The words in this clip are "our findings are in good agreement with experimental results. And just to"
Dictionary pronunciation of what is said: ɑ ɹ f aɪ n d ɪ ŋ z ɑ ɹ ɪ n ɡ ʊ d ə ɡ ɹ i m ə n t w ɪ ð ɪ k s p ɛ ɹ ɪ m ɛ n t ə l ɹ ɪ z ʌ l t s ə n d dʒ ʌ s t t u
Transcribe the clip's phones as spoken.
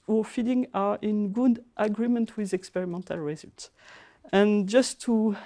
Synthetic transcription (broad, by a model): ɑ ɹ f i d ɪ ŋ ɑ ɹ ɪ n ɡ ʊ d ə ɡ ɹ i m ə n t w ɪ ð ɪ k s p ɛ ɹ ɪ m ɛ n t ə l ɹ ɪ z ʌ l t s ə n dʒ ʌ s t t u